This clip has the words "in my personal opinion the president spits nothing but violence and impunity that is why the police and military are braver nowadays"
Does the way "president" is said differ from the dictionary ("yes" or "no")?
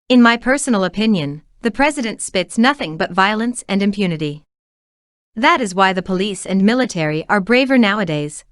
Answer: no